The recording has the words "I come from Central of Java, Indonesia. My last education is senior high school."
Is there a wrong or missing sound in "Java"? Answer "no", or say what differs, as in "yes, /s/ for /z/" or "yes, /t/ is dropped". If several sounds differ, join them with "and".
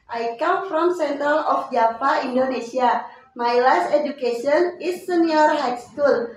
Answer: yes, /p/ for /v/